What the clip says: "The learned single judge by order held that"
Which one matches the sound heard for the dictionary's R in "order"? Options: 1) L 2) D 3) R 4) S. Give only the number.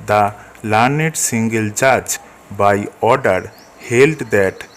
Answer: 3